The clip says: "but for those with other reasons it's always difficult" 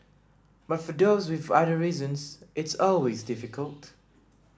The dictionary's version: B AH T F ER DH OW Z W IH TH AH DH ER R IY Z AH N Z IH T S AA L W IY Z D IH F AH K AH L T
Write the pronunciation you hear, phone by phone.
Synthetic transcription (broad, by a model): B AH T F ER DH OW Z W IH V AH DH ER R IY Z AH N Z IH T S AA L W IY Z D IH F AH K AH L T